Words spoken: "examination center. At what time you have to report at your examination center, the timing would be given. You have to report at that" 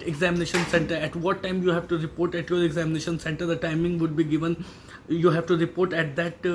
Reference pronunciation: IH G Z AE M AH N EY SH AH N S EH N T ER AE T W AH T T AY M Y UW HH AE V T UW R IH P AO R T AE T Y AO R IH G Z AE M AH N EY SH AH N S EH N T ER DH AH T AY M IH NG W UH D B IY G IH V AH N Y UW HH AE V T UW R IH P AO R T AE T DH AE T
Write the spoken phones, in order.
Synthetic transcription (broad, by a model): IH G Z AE M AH N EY SH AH N S EH N T ER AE T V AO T T AY M Y UW HH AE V T UW R IH P AO R T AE T Y AO R IH G Z AE M AH N EY SH AH N S EH N T ER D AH T AY M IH NG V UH D B IY G IH V AH N Y UW HH AE V T UW R IH P AO R T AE T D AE T